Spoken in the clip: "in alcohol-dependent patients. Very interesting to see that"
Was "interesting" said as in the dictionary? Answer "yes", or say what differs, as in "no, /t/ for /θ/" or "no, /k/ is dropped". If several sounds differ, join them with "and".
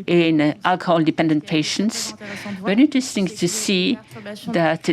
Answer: yes